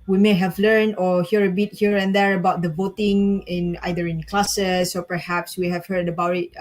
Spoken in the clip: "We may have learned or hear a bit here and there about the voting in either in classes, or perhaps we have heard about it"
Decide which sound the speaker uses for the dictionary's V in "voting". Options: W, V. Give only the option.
V